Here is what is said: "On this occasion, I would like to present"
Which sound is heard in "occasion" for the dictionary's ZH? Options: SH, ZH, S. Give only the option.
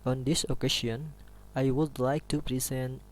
S